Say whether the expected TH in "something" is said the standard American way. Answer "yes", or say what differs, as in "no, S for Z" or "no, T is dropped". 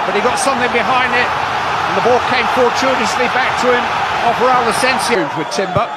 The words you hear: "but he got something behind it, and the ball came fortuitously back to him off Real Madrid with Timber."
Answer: yes